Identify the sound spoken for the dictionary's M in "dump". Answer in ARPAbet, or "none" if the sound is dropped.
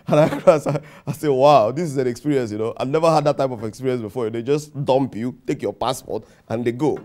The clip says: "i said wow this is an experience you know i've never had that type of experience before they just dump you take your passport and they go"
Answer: M